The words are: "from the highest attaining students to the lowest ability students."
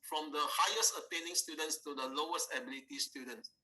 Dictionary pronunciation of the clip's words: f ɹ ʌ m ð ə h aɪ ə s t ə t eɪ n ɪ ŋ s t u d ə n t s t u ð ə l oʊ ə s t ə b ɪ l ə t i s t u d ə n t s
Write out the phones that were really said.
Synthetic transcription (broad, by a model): f ɹ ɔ m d ə h aɪ ə s t ə t eɪ n ɪ ŋ s t u d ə n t s t u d ə l oʊ ə s t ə b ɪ l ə t i s t u d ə n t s